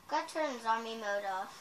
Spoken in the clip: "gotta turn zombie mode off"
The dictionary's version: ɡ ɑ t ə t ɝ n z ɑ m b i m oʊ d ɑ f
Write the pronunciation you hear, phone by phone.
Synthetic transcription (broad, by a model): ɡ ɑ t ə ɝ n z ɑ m i m oʊ d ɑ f